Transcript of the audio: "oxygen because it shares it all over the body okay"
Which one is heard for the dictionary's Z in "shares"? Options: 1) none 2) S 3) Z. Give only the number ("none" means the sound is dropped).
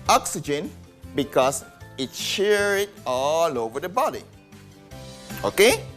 1